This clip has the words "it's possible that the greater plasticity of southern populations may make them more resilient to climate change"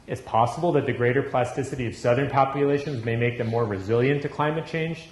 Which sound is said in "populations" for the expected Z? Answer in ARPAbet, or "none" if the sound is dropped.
Z